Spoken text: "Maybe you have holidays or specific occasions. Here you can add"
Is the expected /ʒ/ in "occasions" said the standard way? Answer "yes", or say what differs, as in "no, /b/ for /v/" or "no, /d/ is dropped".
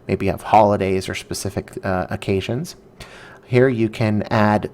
yes